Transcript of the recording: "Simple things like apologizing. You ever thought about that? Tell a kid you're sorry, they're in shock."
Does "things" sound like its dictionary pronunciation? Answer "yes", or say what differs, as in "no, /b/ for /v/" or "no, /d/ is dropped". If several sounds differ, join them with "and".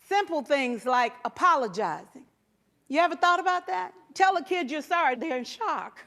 yes